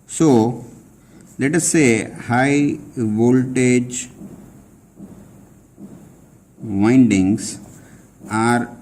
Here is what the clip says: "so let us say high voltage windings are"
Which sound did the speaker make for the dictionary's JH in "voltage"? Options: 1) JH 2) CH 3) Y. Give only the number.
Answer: 1